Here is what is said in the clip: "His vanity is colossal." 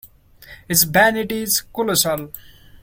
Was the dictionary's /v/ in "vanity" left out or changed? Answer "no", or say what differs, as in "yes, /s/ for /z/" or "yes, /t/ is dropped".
yes, /b/ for /v/